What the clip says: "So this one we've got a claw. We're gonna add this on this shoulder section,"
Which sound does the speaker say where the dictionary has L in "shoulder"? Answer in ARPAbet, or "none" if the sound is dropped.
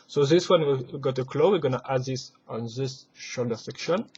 L